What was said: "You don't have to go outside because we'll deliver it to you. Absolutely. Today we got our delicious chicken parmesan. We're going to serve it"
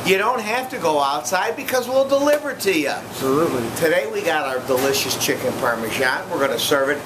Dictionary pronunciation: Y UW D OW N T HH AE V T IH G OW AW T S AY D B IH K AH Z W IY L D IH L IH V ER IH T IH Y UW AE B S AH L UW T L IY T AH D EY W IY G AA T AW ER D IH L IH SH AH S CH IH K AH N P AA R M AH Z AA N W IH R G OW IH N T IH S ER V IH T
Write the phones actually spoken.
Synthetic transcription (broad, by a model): Y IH D OW N T HH AE F T IH G OW AW T S AY D B IH K AH Z W IY L D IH L IH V ER T IH Y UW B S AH L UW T L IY T AH D EY W IY G AA T AW ER D IH L IH SH AH S CH IH K AH N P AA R M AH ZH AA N W IH R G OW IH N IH S ER V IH T